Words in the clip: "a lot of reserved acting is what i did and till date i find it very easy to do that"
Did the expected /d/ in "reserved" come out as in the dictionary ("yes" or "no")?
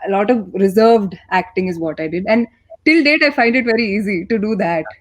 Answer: yes